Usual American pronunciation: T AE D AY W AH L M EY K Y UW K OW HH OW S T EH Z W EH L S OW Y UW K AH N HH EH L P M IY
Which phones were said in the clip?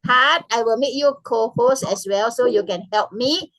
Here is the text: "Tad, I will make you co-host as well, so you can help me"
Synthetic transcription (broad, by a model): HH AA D AY W AH L M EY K Y UW K OW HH OW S EH S W EH L S OW Y UW K AH N HH EH L P M IY